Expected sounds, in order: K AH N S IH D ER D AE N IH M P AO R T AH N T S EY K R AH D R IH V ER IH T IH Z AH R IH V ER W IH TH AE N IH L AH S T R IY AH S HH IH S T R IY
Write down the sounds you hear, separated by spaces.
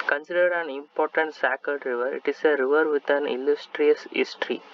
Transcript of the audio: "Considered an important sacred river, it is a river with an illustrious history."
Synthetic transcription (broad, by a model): K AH N S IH D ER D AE N IH M P AO R T AH N T S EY K AH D R IH V ER IH T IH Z AH R IH V ER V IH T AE N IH L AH S T R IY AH S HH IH S T R IY